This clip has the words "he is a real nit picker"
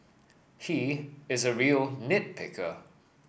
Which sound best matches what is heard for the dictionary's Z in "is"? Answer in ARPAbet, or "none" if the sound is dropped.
Z